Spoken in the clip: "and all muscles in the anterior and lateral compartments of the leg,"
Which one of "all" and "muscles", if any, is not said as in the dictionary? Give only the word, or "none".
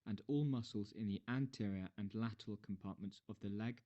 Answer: none